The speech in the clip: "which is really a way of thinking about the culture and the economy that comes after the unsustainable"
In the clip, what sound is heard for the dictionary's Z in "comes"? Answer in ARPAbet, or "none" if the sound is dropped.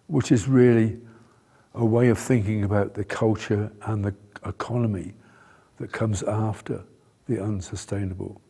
Z